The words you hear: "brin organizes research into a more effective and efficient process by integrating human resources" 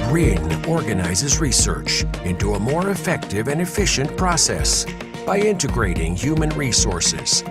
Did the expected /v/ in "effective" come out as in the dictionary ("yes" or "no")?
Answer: yes